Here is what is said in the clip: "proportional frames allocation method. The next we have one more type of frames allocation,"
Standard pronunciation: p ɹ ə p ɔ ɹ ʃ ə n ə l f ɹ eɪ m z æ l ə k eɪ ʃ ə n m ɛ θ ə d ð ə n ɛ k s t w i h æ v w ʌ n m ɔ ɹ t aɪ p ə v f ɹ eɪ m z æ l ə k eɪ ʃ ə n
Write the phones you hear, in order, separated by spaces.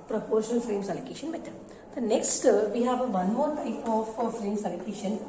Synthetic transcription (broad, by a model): p ɹ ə p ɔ ɹ ʃ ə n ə l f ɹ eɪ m s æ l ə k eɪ ʃ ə n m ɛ t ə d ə n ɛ k s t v i h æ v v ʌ n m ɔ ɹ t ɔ f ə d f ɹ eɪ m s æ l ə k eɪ ʃ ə n